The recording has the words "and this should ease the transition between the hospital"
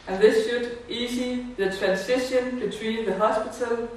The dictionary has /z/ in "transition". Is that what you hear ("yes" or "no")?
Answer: no